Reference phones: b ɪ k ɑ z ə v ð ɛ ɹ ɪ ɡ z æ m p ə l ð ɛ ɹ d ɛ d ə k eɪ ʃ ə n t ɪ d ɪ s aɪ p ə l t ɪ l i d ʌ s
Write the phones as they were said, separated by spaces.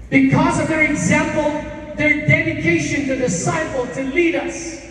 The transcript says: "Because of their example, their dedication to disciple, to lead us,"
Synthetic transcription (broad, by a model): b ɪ k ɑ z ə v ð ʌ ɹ ɪ ɡ z æ m p ə l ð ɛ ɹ d ɛ d ə k eɪ ʃ ə n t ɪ d ɪ s aɪ p ə l t ɪ l i d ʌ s